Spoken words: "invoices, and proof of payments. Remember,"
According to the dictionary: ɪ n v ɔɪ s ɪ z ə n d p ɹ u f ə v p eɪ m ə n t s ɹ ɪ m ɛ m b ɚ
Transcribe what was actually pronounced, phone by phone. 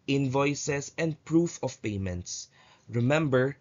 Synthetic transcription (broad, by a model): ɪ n v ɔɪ s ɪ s ə n d p ɹ u f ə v p eɪ m ə n t s ɹ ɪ m ɛ m b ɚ